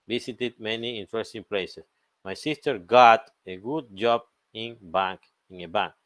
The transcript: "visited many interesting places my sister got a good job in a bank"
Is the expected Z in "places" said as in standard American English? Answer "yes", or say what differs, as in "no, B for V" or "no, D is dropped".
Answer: no, S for Z